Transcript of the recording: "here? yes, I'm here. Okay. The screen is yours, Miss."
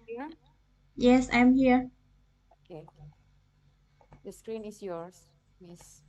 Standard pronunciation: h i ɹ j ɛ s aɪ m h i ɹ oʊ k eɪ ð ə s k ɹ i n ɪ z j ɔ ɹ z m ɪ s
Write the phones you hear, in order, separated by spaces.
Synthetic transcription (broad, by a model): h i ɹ j ɛ s aɪ m h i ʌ oʊ k eɪ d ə s k ɹ i n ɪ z j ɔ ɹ s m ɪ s